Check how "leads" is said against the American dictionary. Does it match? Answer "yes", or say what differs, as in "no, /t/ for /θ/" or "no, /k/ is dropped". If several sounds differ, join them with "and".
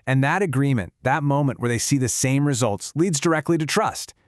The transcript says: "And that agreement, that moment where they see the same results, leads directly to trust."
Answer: yes